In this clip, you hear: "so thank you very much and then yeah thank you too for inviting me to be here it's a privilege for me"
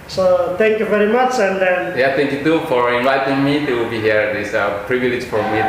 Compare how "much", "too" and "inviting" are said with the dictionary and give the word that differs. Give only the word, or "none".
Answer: none